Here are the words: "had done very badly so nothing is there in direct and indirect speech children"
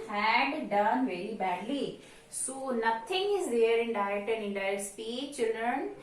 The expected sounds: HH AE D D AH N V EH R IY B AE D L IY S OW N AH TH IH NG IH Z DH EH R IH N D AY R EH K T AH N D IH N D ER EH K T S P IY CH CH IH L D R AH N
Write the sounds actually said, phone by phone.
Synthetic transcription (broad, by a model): HH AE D D AH N V EH R IY B AE D L IY S OW N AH T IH NG IH Z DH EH R IH N D AY EH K T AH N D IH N D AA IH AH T S P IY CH CH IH L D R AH N